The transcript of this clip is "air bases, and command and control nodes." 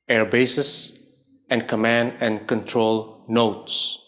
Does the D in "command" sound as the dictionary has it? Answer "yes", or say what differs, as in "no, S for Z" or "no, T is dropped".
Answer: yes